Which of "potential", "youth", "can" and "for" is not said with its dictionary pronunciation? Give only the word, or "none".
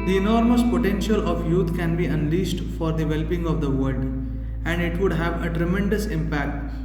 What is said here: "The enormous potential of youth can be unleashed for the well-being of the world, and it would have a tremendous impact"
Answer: youth